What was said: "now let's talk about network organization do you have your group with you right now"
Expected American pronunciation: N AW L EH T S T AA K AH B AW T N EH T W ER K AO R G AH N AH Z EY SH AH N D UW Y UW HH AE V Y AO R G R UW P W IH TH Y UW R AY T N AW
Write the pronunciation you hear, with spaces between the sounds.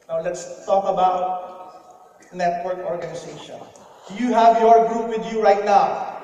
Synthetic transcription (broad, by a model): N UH L EH T S T AA K AH B AW T N EH T W ER K AO R G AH N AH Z EY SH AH N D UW Y UW HH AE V Y AO R G R UW P W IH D Y UW R AY T N AW